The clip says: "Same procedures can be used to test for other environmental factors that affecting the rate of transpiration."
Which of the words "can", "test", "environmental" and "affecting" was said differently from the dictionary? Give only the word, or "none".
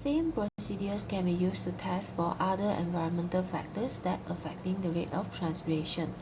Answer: none